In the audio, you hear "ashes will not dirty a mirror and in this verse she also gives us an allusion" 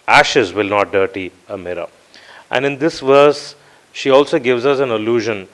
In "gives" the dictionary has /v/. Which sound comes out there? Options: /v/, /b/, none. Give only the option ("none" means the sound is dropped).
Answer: /v/